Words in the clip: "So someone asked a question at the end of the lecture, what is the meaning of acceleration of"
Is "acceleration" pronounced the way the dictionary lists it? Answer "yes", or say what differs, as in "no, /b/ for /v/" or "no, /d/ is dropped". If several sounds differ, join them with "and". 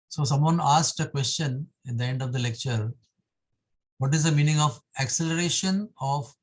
yes